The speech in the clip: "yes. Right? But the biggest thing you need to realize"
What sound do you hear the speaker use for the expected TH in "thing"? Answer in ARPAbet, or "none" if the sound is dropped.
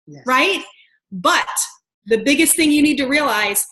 TH